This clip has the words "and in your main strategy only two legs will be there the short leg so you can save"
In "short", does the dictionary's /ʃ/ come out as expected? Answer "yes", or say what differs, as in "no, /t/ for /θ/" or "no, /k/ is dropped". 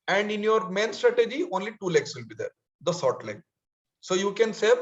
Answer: no, /s/ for /ʃ/